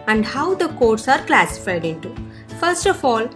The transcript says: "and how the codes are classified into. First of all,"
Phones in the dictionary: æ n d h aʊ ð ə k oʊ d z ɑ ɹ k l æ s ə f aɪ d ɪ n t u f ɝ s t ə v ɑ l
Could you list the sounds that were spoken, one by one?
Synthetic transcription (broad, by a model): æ n d h aʊ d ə k oʊ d s ɑ ɹ k l æ s ə f aɪ d ɪ n t u f ɝ s t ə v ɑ l